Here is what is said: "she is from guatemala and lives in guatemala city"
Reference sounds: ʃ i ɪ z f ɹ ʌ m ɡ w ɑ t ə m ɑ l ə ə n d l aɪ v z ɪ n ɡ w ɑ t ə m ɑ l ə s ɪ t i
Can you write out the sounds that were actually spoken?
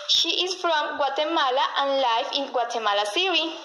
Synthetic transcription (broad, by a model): ʃ i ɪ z f ɹ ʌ m ɡ w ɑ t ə m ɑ l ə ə n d l aɪ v ɪ n ɡ w ɑ t ə m ɑ l ə s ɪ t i